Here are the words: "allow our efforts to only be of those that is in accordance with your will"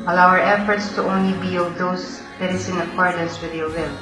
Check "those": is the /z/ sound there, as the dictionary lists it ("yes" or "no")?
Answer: no